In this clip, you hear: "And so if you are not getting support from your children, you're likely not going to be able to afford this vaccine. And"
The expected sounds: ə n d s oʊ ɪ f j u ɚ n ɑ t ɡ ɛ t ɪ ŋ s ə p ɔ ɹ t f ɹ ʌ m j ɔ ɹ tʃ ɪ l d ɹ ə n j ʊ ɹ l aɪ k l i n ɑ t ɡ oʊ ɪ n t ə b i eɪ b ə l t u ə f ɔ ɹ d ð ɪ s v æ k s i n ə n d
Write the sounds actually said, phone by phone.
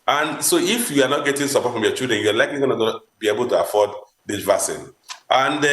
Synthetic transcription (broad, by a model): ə n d s oʊ ɪ f j u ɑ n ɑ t ɡ ɛ t ɪ ŋ s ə p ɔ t f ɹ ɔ m j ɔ tʃ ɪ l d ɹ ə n j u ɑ l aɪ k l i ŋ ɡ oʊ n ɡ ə b i eɪ b ə l t u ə f ɔ d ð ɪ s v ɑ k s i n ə n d